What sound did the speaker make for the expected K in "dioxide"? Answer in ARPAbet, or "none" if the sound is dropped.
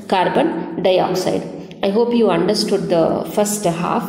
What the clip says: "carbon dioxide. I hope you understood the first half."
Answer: K